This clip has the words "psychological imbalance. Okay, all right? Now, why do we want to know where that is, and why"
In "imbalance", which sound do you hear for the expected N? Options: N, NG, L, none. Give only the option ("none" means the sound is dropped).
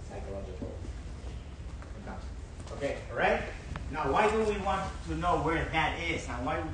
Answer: none